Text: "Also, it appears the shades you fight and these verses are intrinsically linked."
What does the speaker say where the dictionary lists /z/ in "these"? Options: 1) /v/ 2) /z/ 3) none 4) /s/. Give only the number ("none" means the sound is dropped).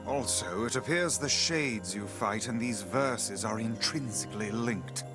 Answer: 2